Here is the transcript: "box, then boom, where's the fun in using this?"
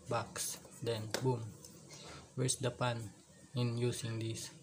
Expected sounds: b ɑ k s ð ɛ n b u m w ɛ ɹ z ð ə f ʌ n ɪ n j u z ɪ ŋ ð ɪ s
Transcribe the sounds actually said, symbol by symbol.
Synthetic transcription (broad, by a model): b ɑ k s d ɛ n b u m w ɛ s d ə p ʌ n ɪ n j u s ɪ ŋ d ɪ s